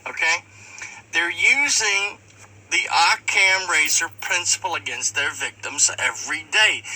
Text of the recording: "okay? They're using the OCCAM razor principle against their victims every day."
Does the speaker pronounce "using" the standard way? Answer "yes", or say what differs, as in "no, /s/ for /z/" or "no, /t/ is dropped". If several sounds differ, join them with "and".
yes